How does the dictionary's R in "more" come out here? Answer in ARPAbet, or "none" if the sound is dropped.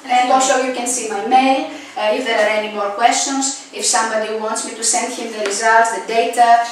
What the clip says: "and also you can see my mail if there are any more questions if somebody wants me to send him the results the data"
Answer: R